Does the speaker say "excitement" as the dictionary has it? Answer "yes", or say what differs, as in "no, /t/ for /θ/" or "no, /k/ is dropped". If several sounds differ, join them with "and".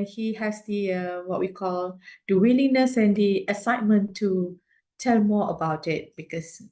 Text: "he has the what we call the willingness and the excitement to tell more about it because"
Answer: no, /k/ is dropped